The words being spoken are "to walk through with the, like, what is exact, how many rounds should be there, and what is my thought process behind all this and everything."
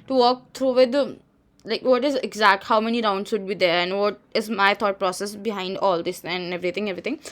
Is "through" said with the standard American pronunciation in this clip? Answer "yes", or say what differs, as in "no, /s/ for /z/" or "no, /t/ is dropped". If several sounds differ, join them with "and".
no, /t/ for /θ/